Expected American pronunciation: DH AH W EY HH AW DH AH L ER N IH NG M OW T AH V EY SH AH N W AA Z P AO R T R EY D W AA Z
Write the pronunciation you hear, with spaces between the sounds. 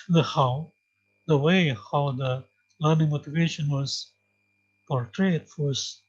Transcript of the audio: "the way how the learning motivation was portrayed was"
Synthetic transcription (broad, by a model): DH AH W EY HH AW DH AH L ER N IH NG M OW T AH V EY SH AH N W AA Z P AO R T R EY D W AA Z